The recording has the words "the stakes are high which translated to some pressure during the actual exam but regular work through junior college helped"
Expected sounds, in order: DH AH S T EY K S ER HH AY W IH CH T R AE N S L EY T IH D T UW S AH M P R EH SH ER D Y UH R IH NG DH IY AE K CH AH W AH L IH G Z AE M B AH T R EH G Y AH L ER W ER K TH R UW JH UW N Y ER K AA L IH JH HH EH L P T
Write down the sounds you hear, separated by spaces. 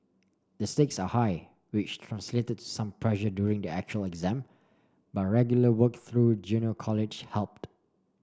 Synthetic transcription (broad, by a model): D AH S T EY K S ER HH AY W IH CH T R AE N S L EY T IH D T UW S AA M P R EH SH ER D Y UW R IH NG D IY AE K CH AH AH L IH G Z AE M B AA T R EH G Y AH L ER W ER K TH R UW JH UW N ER K AA L IH JH HH EH L P T